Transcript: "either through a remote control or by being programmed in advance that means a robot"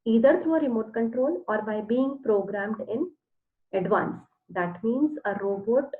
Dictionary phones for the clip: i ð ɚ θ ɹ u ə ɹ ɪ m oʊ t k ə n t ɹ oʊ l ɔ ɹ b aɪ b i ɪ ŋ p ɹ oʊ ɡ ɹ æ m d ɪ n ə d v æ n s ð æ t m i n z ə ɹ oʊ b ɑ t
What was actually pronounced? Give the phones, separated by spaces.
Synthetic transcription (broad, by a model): i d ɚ t ɹ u ə ɹ ɪ m oʊ t k ə n t ɹ oʊ l ɔ ɹ b aɪ b i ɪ ŋ p ɹ oʊ ɡ ɹ æ m d ɪ n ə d v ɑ n s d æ t m i n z ə ɹ oʊ b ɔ t